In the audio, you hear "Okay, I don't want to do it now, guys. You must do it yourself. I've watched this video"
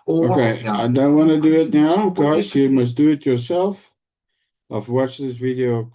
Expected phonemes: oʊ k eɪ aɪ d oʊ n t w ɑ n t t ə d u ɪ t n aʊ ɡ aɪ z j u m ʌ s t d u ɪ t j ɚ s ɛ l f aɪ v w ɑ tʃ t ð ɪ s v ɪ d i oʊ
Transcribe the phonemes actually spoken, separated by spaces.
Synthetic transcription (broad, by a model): oʊ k eɪ aɪ d oʊ n t w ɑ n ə d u ɪ t n aʊ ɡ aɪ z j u m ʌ s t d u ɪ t j ɚ s ɛ l f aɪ f w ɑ tʃ ð ɪ s v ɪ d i oʊ